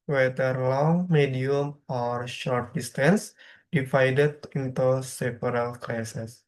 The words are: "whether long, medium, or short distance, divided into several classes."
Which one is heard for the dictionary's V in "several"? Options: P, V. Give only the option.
P